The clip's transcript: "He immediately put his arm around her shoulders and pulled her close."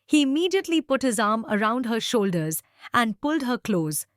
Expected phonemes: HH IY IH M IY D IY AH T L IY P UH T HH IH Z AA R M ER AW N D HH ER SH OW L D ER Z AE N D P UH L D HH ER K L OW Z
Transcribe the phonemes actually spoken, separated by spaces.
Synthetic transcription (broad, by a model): HH IY IH M IY D IY AH T L IY P UH T HH IH Z AA R M ER AW N D HH ER SH OW L D ER Z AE N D P UH L D HH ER K L OW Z